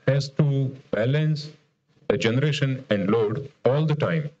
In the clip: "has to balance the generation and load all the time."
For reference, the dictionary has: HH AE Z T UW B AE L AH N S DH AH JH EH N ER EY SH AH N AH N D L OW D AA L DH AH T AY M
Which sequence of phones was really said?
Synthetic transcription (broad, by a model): HH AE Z T UW B AE L AH N S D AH JH EH N ER EY SH AH N AH N D L OW D AA L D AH T AY M